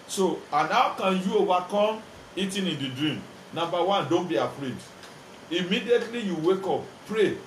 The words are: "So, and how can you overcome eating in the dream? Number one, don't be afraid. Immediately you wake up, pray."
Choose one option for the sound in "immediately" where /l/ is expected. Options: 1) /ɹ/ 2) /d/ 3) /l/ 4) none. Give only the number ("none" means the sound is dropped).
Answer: 3